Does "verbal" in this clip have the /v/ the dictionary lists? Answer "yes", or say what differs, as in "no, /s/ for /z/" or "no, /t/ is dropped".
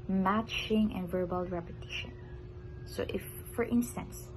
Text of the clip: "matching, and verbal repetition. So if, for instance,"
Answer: yes